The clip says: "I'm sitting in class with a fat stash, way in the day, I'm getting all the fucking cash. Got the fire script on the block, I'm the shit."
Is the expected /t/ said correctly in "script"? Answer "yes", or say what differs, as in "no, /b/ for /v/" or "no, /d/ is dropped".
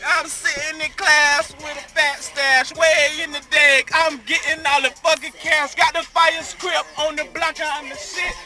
no, /t/ is dropped